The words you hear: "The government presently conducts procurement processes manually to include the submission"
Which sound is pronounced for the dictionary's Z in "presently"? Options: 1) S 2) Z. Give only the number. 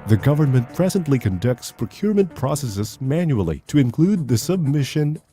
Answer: 2